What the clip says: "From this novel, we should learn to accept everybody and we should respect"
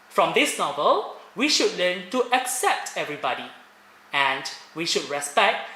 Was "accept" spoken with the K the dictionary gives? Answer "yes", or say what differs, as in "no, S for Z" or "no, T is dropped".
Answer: yes